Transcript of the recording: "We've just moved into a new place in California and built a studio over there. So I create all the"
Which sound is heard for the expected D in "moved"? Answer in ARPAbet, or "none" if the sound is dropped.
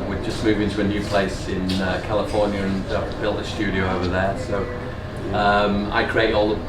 none